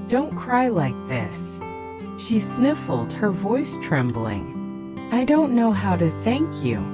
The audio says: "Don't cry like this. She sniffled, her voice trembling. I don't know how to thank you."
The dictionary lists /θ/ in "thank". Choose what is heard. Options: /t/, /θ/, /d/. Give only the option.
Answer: /θ/